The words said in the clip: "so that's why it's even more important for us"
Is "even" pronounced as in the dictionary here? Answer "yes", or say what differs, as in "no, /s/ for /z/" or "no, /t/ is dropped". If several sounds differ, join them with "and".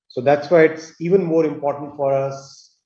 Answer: yes